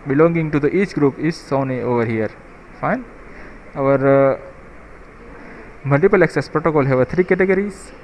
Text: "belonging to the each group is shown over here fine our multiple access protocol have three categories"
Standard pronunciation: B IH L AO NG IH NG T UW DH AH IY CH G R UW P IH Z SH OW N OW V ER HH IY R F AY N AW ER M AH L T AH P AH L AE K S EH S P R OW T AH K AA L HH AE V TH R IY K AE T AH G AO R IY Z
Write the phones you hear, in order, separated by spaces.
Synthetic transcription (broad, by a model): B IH L AO NG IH NG T UW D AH IY CH G R UW P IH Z S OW N OW V ER HH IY R F AY N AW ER M AH L T AH P AH L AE K S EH S P R OW T AH K AA L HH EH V T R IY K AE T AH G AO R IY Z